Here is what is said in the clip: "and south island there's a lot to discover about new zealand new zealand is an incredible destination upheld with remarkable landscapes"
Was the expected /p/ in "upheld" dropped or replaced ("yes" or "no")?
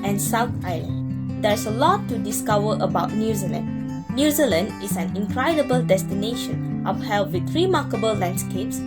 yes